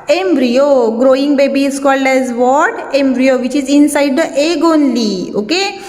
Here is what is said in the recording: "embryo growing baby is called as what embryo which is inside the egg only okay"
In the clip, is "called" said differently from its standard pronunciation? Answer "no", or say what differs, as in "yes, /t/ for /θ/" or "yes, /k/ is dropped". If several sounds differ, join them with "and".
no